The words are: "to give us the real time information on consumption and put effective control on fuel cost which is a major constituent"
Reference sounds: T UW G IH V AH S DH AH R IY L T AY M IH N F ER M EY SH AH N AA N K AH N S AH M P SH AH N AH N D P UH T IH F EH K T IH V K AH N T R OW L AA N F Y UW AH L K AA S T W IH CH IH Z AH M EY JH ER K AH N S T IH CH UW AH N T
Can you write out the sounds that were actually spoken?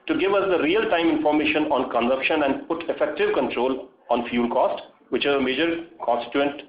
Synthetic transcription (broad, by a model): T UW G IH V AH S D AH R IY L T AY M IH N F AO M EY SH AH N AA N K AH N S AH M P SH AH N AH N D P UH T IH F EH K T IH V K AH N T R OW L AA N F Y UW L K AA S T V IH CH IH Z AH M EY JH ER K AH N S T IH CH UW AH N T